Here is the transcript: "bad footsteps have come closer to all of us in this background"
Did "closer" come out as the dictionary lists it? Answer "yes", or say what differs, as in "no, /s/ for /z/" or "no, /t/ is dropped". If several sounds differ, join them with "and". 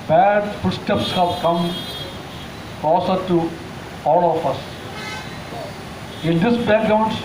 no, /l/ is dropped